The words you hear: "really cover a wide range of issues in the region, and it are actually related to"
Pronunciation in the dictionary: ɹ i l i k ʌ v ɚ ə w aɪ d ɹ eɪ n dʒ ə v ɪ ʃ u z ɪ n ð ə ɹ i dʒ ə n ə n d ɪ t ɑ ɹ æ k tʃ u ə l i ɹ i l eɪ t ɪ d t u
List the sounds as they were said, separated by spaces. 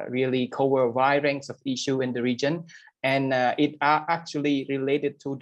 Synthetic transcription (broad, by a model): ɹ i l i k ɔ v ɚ ə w aɪ ɹ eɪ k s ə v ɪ ʃ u ɪ n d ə ɹ i dʒ ə n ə n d ɪ t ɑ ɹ æ k tʃ u ə l i ɹ i l eɪ t ɪ d t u